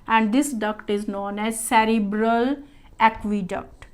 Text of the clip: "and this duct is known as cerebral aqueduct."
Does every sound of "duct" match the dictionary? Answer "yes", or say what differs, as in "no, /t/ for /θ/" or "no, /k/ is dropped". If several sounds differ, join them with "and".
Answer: yes